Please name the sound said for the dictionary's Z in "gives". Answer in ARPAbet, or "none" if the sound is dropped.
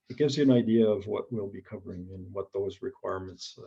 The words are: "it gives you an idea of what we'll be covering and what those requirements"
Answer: Z